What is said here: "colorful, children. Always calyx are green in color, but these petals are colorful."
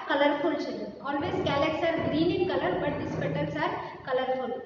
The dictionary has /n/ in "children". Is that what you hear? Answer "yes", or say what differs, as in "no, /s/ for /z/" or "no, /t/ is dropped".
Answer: no, /n/ is dropped